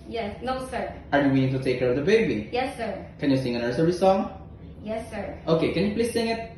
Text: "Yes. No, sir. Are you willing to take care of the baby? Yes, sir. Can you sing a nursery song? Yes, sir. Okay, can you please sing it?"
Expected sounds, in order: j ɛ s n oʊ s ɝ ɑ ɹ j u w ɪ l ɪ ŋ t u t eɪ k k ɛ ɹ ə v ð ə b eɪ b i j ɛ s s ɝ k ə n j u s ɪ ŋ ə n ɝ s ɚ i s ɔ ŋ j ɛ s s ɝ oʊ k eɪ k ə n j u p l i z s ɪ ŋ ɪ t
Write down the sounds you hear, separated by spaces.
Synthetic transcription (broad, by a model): j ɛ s n oʊ s ɝ ɑ ɹ j u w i n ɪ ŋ t u t eɪ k k ɛ ɹ ə v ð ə b eɪ b i j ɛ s s ɝ k ə n j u s ɪ ŋ ə n ɝ s ɚ i s ɔ ŋ j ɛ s s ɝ oʊ k eɪ k ə n j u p l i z s ɪ ŋ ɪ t